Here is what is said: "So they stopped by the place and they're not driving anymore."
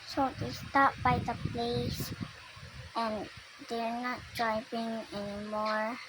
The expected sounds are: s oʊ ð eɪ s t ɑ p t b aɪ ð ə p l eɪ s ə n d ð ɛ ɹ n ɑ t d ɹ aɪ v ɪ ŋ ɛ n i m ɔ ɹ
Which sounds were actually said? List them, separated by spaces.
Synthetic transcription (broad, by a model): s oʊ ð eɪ s t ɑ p b aɪ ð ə p l eɪ s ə n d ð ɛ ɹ n ɑ t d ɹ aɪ p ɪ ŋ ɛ n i m ɔ ɹ